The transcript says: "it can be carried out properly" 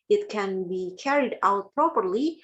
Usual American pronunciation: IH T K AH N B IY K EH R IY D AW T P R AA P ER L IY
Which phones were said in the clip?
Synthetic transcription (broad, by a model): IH T K AH N B IY K EH R IY D AW T P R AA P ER L IY